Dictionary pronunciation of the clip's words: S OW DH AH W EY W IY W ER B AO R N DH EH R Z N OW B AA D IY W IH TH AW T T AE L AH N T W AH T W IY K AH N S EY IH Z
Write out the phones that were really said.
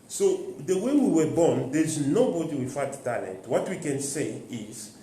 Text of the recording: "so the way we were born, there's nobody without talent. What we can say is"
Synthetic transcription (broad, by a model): S OW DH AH W EY W IY W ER B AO N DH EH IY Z N OW B AA D IY W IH F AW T T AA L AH N T W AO T W IY K AH N S EY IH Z